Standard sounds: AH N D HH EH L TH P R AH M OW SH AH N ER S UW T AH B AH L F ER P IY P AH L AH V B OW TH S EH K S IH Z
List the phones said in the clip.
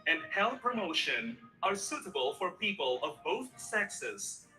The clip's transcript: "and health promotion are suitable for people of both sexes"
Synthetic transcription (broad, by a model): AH N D HH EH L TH P R AH M OW SH AH N ER S UW T AH B AH L F ER P IY P AH L AH V B OW TH S EH K S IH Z